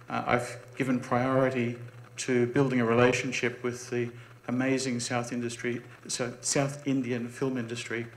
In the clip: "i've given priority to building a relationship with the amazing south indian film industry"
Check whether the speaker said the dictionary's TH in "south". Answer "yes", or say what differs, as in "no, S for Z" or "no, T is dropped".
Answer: yes